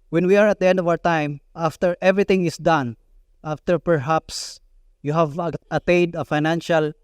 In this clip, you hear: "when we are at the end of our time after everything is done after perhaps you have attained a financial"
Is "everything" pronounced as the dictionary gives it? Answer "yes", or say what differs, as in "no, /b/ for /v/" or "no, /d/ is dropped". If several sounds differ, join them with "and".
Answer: no, /t/ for /θ/